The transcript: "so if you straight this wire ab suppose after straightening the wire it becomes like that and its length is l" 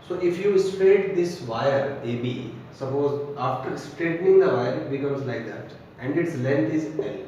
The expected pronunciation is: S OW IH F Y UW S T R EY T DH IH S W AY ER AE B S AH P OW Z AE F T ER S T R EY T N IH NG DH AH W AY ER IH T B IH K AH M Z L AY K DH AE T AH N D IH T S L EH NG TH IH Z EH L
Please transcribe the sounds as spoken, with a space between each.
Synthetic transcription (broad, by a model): S OW IH F Y UW S T R EY T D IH S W AY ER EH B S AH P OW Z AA F T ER S T R EY T N IH NG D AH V AY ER IH T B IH K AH M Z L AY K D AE T AH N D IH T S L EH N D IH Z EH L